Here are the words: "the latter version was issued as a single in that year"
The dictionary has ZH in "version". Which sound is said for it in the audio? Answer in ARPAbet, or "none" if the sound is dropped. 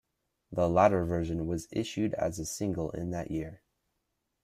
ZH